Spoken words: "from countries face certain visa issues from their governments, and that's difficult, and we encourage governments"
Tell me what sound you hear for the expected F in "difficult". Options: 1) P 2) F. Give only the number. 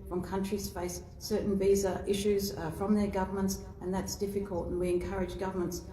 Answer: 2